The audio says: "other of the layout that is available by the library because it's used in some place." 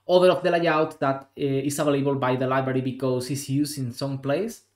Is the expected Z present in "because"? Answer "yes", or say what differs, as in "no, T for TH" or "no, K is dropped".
no, S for Z